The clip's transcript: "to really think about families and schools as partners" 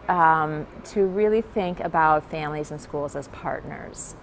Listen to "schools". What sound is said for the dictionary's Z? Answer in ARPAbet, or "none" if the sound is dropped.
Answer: Z